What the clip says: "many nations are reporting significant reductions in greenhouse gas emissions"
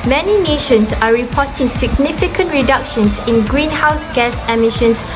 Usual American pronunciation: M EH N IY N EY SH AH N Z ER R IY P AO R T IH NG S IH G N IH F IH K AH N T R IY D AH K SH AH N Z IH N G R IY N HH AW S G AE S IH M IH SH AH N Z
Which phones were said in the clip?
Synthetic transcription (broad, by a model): M EH N IY N EY SH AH N S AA R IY P AO T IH NG S IH G N IH F IH K AH N T R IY D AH K SH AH N S IH N G R IY N HH AW S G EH S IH M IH SH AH N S